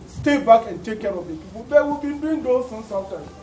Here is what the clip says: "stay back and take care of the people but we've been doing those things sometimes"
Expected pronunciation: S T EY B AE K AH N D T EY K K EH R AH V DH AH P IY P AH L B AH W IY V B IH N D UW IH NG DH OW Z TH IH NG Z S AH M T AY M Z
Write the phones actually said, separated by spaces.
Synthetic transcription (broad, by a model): S T EY B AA K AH N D T EY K K EH R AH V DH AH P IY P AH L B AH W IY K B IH N D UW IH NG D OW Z S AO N S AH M T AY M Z